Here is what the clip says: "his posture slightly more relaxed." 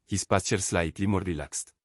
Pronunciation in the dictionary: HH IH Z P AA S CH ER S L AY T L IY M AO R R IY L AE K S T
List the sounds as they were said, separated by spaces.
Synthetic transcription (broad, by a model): HH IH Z P AA S CH ER S L AY T L IY M AO R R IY L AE K S T